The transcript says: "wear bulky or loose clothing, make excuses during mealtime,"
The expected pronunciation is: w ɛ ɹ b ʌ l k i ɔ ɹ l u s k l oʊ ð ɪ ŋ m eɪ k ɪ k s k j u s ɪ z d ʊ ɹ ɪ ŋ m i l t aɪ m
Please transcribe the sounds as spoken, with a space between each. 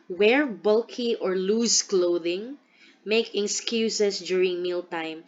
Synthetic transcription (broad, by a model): w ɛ ɹ b ʌ l k i ɔ ɹ l u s k l oʊ ð ɪ ŋ m eɪ k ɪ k s k j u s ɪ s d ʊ ɹ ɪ ŋ m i l t aɪ m